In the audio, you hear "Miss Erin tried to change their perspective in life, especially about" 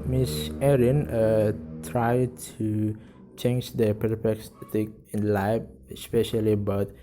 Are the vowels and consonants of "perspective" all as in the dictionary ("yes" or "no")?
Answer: no